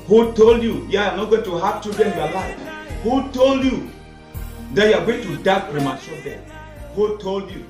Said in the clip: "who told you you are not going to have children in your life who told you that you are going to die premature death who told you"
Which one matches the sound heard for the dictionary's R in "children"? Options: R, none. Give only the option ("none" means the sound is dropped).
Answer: none